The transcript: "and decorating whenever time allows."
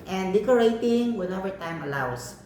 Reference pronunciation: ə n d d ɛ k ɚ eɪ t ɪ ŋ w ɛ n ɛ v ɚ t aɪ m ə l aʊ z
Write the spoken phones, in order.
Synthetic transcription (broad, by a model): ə n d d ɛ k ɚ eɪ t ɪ ŋ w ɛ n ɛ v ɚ t aɪ m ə l aʊ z